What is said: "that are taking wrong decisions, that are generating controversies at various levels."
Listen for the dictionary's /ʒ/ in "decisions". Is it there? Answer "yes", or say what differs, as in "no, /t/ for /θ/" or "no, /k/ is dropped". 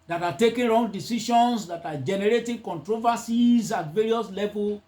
no, /ʃ/ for /ʒ/